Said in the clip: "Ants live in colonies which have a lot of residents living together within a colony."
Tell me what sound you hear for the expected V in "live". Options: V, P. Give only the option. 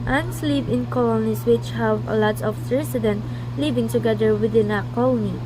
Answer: P